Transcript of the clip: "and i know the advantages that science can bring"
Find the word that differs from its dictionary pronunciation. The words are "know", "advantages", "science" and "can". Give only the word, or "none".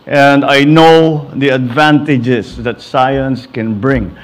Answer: advantages